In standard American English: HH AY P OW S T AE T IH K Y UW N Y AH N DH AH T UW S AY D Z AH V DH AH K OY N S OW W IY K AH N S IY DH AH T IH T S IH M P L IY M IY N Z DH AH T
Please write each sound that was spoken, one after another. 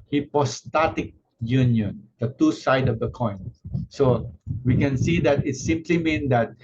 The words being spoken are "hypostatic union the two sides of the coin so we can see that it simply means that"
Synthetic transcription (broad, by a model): HH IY P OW S T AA T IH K Y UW N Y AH N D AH T UW S AY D AH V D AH K OY N S OW W IY K AH N S IY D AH T IH T S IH M P L IY M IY N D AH T